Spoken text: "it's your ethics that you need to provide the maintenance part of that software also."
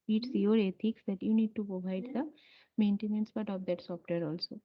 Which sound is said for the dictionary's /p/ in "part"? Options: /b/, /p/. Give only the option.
/b/